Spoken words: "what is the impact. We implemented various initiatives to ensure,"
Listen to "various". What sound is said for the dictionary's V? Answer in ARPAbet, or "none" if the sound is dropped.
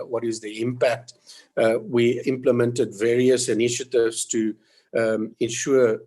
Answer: V